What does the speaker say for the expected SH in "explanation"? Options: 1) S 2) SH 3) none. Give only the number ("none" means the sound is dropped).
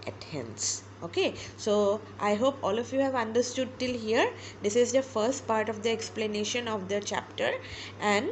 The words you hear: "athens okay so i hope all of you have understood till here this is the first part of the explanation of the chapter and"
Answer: 2